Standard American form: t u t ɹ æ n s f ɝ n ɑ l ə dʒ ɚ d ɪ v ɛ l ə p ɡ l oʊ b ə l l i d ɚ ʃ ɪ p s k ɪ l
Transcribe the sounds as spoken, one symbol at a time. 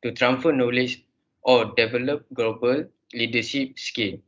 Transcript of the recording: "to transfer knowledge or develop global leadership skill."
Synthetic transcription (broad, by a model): t u t ɹ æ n f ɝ n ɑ l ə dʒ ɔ d ɪ v ɛ l ə p ɡ l oʊ b ə l l i d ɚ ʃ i p s k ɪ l